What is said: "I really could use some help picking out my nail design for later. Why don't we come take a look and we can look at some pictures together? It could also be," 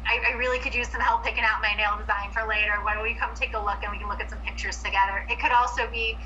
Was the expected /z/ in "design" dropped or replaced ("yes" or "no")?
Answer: no